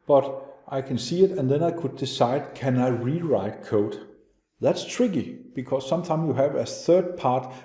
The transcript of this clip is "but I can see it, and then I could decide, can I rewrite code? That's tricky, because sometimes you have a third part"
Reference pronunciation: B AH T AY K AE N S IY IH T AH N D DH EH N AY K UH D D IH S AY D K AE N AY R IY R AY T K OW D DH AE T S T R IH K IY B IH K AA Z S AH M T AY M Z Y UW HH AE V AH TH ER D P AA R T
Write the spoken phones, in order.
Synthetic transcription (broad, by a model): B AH T AY K AE N S IY IH T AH N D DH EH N AY K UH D D IH S AY D K AE N AY R IY R AY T K OW D DH AE T S T R IH K IY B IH K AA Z S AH M T AY M Y UW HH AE V AH TH ER D P AA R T